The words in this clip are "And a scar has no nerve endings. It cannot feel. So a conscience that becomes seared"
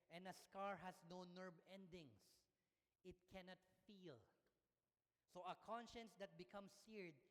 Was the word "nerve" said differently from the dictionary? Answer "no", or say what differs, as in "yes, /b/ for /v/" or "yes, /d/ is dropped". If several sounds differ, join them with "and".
yes, /b/ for /v/